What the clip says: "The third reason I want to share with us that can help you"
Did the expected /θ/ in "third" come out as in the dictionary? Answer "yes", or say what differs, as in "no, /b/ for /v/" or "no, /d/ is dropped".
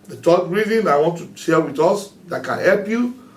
no, /t/ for /θ/